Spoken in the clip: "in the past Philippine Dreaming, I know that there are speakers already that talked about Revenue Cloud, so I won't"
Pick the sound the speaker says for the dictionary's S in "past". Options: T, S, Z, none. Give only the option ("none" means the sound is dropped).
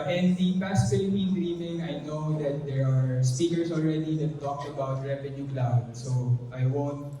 S